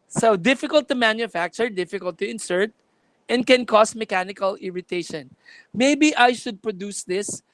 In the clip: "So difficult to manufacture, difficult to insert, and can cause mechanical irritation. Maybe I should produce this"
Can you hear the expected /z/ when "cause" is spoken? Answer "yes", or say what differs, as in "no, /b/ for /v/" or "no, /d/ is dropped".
no, /s/ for /z/